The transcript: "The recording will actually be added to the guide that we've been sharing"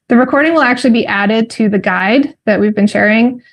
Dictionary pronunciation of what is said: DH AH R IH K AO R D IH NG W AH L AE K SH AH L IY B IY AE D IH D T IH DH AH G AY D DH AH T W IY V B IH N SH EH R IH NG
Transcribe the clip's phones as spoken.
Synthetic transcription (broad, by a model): DH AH R IH K AO R D IH NG W AH L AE K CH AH L IY B IY AE D IH D T IH DH AH G AY D DH AH T W IY V B IH N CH EH R IH NG